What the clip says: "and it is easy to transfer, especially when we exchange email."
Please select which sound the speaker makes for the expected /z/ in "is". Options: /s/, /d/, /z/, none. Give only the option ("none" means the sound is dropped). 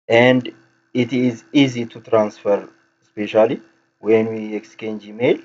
/z/